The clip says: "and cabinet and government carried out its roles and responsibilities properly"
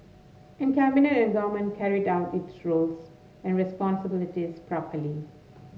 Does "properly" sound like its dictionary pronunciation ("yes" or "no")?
yes